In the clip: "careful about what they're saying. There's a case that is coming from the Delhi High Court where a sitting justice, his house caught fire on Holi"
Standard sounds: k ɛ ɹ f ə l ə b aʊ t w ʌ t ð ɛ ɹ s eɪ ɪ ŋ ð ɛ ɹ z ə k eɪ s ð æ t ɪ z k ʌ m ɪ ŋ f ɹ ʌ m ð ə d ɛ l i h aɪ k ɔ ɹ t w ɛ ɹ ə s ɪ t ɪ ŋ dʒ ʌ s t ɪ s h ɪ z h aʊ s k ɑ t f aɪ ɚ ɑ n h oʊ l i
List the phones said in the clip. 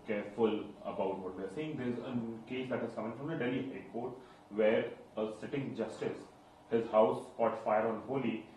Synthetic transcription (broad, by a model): k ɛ ɹ f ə l ə b aʊ t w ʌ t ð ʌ ɹ s eɪ ɪ ŋ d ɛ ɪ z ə k eɪ s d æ t ɪ z k ʌ m ɪ ŋ f ɹ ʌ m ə d ɛ l i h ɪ k ɔ ɹ t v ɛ ɹ ə s ɪ t ɪ ŋ dʒ ʌ s t ɪ s h ɪ z h aʊ s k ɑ t f aɪ ɚ ɑ n h oʊ l i